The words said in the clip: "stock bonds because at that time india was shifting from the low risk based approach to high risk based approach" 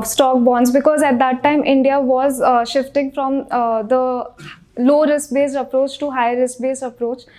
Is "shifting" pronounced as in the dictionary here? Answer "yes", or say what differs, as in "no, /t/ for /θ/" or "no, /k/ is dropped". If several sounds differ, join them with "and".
yes